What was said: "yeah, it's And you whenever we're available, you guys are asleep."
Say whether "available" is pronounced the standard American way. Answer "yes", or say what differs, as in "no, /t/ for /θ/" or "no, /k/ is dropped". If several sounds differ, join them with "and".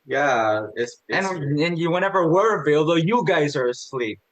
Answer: no, /b/ is dropped